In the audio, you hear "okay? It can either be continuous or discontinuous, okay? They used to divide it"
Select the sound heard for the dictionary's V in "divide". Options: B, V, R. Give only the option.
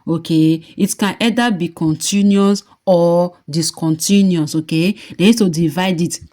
V